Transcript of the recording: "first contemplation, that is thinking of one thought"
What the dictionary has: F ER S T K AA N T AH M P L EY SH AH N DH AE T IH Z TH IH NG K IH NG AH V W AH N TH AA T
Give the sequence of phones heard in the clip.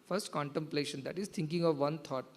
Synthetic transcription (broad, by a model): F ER S T K AA N T AH M P L EY SH AH N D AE T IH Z T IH NG K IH NG AH V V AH N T AA T